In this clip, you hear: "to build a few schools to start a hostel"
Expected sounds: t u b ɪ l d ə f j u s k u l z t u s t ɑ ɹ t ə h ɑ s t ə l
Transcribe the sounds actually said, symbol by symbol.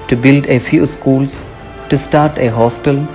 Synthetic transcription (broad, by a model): t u b ɪ l d ə f j u s k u l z t u s t ɑ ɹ t ə h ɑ s t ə l